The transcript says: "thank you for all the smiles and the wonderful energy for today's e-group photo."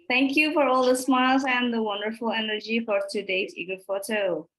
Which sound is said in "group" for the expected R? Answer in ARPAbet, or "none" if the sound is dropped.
none